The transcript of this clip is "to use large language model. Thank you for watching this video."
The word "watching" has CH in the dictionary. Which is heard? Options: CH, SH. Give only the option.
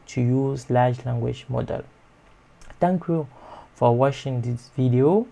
SH